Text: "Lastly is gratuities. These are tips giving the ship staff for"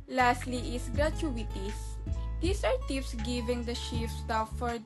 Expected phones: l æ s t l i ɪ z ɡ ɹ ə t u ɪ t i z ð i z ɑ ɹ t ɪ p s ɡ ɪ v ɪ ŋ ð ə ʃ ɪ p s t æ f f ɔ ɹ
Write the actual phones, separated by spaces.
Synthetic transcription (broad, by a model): l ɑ s t l i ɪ s ɡ ɹ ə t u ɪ t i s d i s ɑ ɹ t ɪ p s ɡ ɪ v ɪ ŋ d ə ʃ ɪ f s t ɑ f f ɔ ɹ